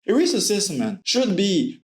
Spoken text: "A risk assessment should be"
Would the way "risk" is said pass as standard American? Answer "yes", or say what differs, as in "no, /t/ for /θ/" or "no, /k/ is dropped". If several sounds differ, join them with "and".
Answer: no, /k/ is dropped